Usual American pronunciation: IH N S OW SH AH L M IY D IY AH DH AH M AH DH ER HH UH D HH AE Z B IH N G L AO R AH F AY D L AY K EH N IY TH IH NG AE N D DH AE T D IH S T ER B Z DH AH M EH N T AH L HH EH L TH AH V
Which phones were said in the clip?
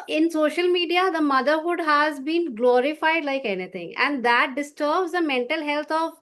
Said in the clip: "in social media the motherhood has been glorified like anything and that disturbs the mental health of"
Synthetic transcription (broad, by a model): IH N S OW SH AH L M IY D IY AH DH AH M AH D ER HH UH D HH AE Z B IH N G L AO R AH F AY D L AY K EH N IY T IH NG AE N D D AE T D IH S T ER B Z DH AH M EH N T AH L HH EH L T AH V